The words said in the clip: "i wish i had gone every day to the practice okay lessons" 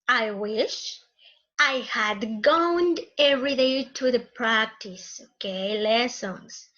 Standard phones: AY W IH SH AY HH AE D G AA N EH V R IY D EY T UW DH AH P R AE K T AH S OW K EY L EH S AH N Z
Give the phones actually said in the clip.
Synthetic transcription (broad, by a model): AY W IH SH AY HH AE D G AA N EH V R IY D EY T UW DH AH P R AE K T AH S OW K EY L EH S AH N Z